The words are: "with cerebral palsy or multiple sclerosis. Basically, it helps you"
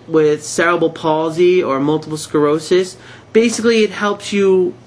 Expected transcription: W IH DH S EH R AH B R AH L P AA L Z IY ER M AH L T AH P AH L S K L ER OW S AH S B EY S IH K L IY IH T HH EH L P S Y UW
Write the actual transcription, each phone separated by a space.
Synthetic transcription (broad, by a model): W IH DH S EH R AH B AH L P AA L Z IY ER M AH L T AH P L S K ER OW S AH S B EY S IH K L IY IH T HH EH L P S Y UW